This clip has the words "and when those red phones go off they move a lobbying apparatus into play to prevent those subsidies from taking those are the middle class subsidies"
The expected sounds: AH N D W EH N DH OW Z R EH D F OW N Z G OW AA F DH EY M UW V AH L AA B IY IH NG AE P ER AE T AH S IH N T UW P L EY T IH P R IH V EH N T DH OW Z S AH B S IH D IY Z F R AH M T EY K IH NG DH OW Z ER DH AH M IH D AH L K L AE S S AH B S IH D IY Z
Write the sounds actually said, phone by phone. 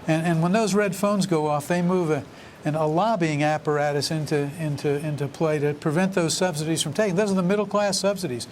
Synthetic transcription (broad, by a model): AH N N W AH N DH OW Z R EH D F OW N Z G OW AA F DH EY M UW V AH L AA B IY IH NG AE P ER AE T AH S IH N T UW P L EY T IH P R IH V EH N DH OW Z S AH B S IH D IY Z F R AH M T EY K IH NG DH OW Z ER DH AH M IH D L K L AE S S AH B S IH D IY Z